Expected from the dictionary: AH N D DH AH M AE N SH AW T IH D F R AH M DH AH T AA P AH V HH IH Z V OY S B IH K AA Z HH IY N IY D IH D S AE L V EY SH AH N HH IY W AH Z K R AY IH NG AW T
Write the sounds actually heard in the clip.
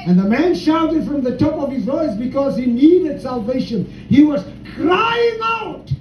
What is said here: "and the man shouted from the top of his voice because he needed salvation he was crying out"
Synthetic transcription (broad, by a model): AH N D DH AH M AE N SH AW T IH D F R AH M DH AH T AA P AH V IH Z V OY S B IH K AA Z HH IY N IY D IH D S AE L V EY SH AH N HH IY W AH Z K R AY IH NG AW T